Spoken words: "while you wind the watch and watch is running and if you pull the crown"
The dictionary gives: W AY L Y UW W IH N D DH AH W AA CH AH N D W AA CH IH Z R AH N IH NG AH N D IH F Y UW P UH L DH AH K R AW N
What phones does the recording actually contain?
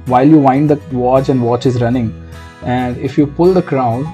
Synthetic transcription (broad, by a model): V AY L Y UW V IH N D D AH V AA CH AH N D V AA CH IH Z R AH N IH NG AH N D IH F Y UW P UH L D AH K R AW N